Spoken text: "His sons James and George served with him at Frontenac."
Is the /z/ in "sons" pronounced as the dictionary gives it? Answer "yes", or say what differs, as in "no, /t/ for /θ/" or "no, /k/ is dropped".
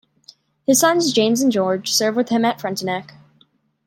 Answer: yes